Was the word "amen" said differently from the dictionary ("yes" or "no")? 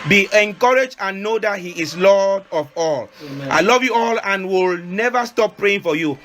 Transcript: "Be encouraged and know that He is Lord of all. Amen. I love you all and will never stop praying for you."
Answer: yes